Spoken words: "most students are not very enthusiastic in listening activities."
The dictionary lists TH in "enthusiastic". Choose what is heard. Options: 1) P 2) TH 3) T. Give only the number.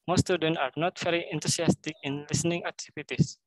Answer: 3